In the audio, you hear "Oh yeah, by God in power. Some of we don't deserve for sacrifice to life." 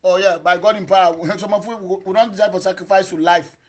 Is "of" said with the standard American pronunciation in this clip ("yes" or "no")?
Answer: no